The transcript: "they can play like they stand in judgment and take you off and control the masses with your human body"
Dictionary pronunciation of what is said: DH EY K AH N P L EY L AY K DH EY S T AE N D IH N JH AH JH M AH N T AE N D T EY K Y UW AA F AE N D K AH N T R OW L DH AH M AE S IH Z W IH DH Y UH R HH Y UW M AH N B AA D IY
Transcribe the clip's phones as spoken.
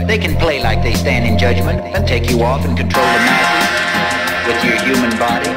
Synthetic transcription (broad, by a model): DH EY K N P L EY L AY K DH EY S T AE N D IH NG JH AH JH M AH N T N T EY K Y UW AA F N K AH N T R OW L DH AH M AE IH W IH DH Y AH R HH Y UW M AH N B AA D IY